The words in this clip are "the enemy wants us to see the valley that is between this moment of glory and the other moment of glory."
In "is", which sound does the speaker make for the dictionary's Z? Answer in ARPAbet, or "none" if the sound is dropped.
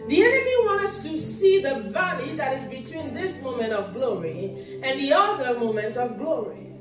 Z